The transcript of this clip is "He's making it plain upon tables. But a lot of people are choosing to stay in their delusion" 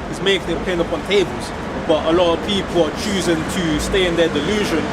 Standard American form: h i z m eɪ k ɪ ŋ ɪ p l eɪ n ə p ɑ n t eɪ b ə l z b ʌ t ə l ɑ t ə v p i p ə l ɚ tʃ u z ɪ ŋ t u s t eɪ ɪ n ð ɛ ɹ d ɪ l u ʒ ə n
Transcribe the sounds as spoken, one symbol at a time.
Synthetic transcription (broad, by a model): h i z m eɪ k ɪ ŋ ɪ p eɪ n ə p ɑ n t eɪ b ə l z b ʌ t ə l ɑ t ə v p i p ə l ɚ tʃ u z ɪ ŋ t u s t eɪ ɪ n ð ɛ d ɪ l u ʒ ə n